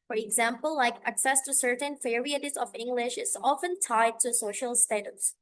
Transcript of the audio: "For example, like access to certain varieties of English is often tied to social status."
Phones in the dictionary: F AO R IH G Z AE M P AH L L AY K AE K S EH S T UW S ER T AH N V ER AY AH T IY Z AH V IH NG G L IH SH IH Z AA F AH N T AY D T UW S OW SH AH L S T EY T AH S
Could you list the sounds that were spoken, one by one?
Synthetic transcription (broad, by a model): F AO R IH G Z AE M P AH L L AY K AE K S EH S T UW S ER T AH N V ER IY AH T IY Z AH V IH NG G L IH SH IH S AA F AH N T AY D T UW S OW SH AH L S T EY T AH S